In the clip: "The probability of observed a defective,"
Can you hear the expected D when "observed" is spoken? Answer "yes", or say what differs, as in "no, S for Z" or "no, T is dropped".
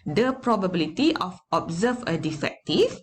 no, D is dropped